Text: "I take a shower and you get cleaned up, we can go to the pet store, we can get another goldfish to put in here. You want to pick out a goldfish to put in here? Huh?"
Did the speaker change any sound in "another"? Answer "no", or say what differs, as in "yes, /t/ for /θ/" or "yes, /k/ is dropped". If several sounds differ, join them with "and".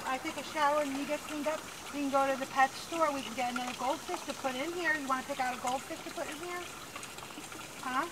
yes, /ð/ is dropped